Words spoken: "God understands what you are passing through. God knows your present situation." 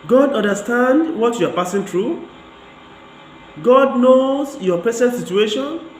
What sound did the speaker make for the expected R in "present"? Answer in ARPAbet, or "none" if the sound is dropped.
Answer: none